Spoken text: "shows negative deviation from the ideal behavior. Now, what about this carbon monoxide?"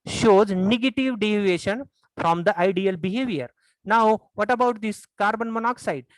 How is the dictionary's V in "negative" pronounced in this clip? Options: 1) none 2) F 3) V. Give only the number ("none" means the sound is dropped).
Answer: 3